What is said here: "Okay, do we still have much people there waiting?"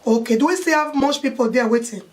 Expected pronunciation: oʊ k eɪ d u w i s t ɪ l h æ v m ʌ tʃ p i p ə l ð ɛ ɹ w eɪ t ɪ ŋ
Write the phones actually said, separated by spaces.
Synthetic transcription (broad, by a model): oʊ k eɪ d u w i s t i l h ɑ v m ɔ s p i p ə l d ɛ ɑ w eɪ t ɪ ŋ